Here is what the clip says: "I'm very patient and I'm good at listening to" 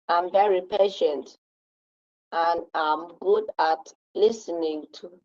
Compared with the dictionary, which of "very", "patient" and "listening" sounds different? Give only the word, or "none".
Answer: none